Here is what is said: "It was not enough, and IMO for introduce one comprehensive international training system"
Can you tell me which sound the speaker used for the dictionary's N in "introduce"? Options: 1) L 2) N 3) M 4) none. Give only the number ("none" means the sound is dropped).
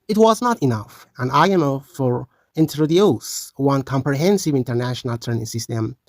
2